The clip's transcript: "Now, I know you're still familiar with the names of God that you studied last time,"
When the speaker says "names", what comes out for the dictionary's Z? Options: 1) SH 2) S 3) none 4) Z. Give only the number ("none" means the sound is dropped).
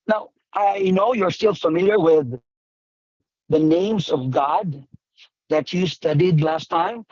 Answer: 4